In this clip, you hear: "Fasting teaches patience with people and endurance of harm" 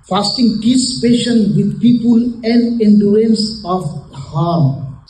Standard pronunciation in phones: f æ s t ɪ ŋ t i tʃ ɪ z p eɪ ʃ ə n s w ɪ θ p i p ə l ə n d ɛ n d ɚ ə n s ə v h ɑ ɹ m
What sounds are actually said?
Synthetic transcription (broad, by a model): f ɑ s t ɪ ŋ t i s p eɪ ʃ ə n w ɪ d p i p ə l ə n d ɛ n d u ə n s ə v h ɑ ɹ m